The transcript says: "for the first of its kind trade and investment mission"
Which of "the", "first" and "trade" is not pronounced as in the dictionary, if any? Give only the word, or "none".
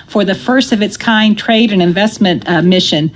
none